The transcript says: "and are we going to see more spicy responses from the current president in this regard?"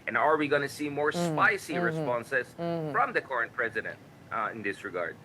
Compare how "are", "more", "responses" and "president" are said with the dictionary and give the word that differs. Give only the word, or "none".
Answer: none